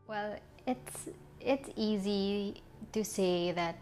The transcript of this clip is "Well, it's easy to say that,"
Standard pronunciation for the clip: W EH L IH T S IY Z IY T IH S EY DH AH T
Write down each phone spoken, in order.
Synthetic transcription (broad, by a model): W EH L IH T S IY Z IY T IH S EY DH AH T